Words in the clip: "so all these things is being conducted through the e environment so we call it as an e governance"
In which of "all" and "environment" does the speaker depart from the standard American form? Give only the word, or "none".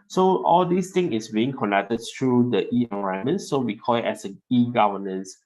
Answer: environment